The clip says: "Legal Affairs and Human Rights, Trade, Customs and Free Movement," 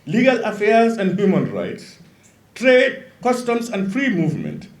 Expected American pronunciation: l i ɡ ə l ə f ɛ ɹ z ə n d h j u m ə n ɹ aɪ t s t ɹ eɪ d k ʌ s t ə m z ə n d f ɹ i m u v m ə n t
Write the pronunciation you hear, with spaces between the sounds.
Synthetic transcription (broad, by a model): l i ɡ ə l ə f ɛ ɹ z ə n d h j u m ə n ɹ aɪ t s t ɹ eɪ d k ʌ s t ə m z ə n d f ɹ i m u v m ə n t